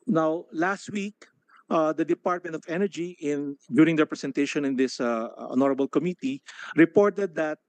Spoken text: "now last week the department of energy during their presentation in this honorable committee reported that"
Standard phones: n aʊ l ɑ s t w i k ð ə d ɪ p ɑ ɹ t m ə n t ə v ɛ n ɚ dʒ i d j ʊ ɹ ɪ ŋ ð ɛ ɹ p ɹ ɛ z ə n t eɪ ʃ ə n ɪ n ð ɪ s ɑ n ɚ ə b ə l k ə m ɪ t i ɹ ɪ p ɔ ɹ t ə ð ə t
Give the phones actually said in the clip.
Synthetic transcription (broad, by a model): n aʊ l ɑ s t w i k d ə d ɪ p ɑ ɹ t m ə n t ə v ɛ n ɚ dʒ i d j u ɹ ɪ ŋ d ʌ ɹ p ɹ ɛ s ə n t eɪ ʃ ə n ɪ n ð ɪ s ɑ n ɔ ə b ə l k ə m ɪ t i ɹ ɪ p ɔ ɹ t ə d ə t